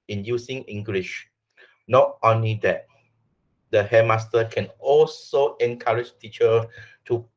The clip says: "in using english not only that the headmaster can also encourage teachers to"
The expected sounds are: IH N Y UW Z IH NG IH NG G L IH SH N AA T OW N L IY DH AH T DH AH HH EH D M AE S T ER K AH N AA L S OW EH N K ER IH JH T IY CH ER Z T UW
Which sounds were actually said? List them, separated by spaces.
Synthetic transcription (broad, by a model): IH N Y UW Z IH NG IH NG G L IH SH N AA T OW N L IY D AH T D AH HH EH M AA S T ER K AH N AA L S OW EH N K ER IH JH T IY CH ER T UW